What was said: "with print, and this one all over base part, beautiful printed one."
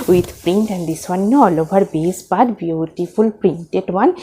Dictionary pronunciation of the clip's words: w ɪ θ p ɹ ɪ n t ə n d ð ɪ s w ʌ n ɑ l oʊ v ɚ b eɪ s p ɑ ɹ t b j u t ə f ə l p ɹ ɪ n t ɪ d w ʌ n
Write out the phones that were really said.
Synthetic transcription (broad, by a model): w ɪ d p ɹ ɪ n t ə n d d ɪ s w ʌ n ɑ l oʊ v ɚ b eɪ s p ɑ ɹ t b j u t ə f ə l p ɹ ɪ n t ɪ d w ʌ n